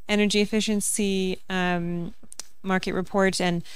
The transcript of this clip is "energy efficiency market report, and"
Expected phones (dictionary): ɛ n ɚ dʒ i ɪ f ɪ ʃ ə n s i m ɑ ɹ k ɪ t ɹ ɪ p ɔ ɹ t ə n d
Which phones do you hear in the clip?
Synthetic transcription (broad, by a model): ɛ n ɚ dʒ i ɪ f ɪ ʃ ə n s i m ɑ ɹ k ɪ t ɹ ɪ p ɔ ɹ t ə n